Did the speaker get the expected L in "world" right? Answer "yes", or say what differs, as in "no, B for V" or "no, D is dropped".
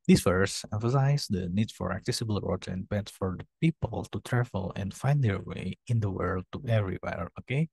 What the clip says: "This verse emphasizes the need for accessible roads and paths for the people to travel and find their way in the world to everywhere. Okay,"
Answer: yes